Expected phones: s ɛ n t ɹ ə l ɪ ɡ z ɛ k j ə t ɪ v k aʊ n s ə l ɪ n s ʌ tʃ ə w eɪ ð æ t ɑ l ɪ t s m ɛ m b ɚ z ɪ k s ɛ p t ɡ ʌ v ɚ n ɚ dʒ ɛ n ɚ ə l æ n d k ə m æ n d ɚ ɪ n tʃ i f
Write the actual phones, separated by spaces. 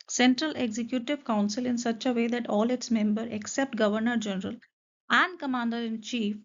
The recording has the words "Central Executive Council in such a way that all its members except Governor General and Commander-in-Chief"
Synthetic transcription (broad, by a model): s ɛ n t ɹ ə l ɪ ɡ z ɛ k j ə t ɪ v k aʊ n s ə l ɪ n s ʌ tʃ ə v eɪ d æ t ɑ l ɪ t s m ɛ m b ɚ ɪ k s ɛ p t ɡ ʌ v ɚ n ɚ dʒ ɛ n ɚ ə l æ n d k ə m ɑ n d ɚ ɪ n tʃ i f